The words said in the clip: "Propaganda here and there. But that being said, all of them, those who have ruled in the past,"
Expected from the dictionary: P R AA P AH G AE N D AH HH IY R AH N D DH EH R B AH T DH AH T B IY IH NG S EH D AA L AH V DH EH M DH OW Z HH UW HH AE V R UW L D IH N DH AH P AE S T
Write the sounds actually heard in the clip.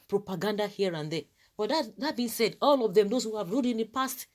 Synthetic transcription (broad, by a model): P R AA P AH G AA N D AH HH IY R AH N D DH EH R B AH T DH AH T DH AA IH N S EH D AA L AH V DH EH M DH OW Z HH UW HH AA V R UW D IH N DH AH P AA S T